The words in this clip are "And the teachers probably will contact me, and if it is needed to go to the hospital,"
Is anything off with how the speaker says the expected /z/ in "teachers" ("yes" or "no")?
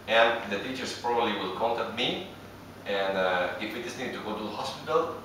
yes